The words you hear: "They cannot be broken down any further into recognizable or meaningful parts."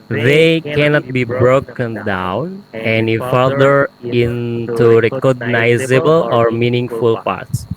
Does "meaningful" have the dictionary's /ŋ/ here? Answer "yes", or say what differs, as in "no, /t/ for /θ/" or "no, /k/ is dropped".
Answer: yes